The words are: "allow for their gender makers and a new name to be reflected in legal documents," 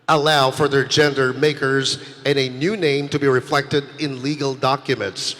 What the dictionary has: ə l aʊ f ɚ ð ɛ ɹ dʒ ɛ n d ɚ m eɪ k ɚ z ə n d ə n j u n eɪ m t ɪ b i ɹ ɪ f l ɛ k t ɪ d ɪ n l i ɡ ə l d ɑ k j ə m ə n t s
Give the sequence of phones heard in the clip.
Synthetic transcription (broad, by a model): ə l aʊ f ɚ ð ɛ ɹ dʒ ɛ n d ɚ m eɪ k ɚ z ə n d ə n j u n eɪ m t ɪ b i ɹ ɪ f l ɛ k t ɪ d ɪ n l i ɡ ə l d ɑ k j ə m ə n t s